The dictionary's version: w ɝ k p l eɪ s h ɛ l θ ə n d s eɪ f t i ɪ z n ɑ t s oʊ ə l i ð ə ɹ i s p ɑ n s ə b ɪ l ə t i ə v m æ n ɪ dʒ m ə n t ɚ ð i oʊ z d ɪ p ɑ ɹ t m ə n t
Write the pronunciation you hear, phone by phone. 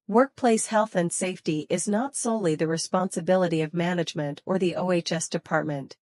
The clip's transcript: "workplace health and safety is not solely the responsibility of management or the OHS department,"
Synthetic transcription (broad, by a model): w ɝ k p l eɪ s h ɛ l θ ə n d s eɪ f t i ɪ z n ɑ t s oʊ ə l i ð ə ɹ i s p ɑ n s ə b ɪ l ə t i ə v m æ n ɪ dʒ m ə n t ɚ ð i oʊ s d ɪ p ɑ ɹ t m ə n t